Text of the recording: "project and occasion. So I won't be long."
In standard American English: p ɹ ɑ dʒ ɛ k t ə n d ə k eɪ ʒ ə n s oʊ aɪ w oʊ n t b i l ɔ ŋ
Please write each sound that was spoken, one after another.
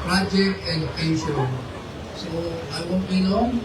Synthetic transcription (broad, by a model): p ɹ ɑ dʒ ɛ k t ə n d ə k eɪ s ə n s oʊ aɪ w oʊ n t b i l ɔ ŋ